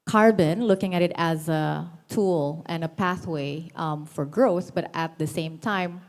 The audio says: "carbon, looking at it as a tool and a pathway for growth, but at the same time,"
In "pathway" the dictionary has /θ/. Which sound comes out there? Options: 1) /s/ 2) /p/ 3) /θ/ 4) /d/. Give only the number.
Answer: 3